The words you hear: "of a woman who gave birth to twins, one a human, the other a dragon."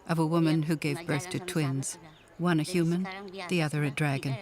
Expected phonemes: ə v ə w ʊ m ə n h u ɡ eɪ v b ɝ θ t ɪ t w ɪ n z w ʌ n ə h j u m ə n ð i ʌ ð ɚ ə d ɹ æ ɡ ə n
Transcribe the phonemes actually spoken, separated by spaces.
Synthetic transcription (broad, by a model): ə v ə w ʊ m ə n h u ɡ eɪ v b ɝ θ t ɪ t w ɪ n z w ʌ n ə h j u m ə n ð i ʌ ð ɚ ə d ɹ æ ɡ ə n